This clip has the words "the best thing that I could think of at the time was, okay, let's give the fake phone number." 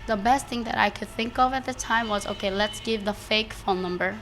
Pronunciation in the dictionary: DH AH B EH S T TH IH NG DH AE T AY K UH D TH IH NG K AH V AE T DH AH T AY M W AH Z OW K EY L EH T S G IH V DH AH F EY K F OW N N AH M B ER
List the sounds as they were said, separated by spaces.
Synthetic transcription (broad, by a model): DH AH B EH S T TH IH NG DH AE T AY K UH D TH IH NG K AH V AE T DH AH T AY M W AH Z OW K EY L EH T S G IH V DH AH F EY K F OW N N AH M B ER